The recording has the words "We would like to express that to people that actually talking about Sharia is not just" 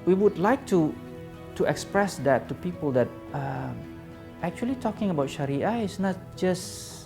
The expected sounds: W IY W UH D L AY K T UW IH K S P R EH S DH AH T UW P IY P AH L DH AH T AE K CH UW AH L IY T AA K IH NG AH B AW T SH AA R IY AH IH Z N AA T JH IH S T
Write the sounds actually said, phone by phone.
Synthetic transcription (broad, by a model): W IY W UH D L AY K T UW IH K S P R EH S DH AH T UW P IY P AH L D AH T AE K CH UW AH L IY T AA K IH NG AH B AW T SH AA R IY AH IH S N AA T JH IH S